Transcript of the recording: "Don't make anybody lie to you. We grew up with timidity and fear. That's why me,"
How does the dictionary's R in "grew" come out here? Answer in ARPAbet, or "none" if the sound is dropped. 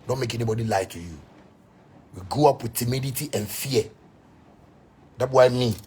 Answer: none